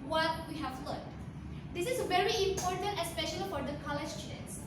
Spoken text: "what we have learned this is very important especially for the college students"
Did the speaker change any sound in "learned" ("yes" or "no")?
yes